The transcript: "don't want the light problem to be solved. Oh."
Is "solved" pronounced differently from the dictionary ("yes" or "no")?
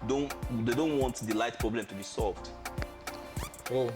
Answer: no